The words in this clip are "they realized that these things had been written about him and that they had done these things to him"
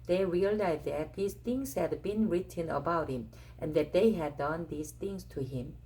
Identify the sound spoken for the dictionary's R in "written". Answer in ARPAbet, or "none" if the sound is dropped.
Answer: R